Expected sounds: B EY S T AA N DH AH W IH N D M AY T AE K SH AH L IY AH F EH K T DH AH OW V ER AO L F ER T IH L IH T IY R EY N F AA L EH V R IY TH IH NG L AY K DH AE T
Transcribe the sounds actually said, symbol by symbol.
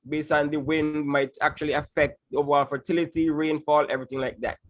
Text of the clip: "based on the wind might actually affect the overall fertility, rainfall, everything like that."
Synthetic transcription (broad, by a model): B EY S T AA N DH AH W IH N D M AY T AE K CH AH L IY AH F EH K T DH OW V ER AO L F ER T IH L IH T IY R EY N F AA L EH V R IY TH IH NG L AY K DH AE T